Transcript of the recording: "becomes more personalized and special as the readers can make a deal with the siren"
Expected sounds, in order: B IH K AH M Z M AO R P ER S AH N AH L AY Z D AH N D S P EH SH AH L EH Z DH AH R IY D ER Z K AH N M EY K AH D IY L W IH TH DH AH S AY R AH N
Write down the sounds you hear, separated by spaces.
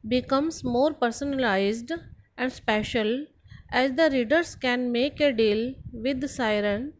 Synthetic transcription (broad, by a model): B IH K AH M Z M AO R P ER S AH N AH L AY Z D AH N D S P EH SH AH L EH Z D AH R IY D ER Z K AH N M EY K AH D IY L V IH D S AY R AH N